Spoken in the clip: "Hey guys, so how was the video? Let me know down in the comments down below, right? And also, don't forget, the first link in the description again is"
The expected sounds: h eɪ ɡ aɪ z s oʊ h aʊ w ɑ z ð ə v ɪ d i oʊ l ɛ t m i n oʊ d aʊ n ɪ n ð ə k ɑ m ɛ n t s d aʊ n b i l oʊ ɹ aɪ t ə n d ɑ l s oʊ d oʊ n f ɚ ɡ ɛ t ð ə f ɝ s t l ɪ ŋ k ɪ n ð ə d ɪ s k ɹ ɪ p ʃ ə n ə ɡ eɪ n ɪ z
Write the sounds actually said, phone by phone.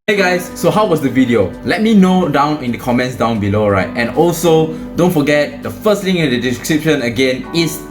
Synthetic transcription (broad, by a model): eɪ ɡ aɪ s oʊ h aʊ w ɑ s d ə v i d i oʊ l ɛ t m i n oʊ d aʊ n ɪ n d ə k ɑ m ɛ n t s d aʊ n b i l oʊ ɹ aɪ t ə n ɑ l s oʊ d oʊ n f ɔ ɡ ɛ t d ə f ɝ s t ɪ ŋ ɪ n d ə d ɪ s k ɹ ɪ p ʃ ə n ə ɡ eɪ n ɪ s